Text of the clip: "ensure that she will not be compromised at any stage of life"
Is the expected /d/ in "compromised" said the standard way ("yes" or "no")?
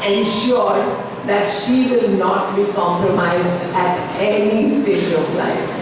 yes